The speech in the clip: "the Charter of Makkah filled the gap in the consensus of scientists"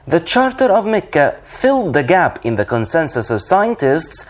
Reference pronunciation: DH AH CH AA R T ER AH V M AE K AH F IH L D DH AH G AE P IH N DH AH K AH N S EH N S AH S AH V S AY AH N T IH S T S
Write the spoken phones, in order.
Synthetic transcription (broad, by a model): DH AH CH AA R T ER AH V M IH K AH F IH L D DH AH G AE P IH N DH AH K AH N S EH N S AH S AH V S AY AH N T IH S T S